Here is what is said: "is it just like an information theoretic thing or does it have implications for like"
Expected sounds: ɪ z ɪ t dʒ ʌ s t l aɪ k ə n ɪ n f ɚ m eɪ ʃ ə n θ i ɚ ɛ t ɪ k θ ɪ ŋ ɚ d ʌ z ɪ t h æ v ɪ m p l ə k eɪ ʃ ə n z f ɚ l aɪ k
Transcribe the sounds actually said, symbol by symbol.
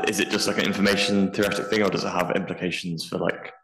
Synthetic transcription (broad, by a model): ɪ z ɪ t dʒ ʌ s t l aɪ k ə n ɪ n f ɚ m eɪ ʃ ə n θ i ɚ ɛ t ɪ k θ ɪ ŋ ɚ d ʌ z ɪ t h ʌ v ɪ m p l ə k eɪ ʃ ə n z f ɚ l aɪ k